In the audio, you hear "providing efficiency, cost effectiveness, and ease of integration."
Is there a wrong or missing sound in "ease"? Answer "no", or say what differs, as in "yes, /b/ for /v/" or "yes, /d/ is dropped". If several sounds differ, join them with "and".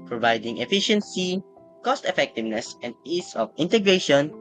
yes, /s/ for /z/